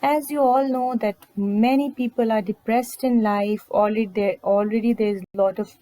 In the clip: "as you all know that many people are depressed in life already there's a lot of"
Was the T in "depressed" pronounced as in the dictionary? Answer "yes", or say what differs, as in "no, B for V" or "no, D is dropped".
yes